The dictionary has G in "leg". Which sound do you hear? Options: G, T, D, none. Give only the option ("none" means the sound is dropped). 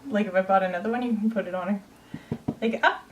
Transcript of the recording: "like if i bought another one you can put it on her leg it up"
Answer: none